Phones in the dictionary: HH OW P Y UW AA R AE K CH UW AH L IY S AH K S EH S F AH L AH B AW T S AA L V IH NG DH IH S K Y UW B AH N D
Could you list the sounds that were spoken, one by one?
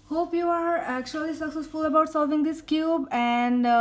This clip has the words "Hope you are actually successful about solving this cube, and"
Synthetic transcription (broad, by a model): HH OW P Y UW AA R AE K CH UW AH L IY S AH K S EH S F AH L AH B AW T S AA L V IH NG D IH S K Y UW B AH N D